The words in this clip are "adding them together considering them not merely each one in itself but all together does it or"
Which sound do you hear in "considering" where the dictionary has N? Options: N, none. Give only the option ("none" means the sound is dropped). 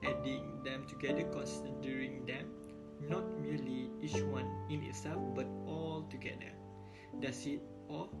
none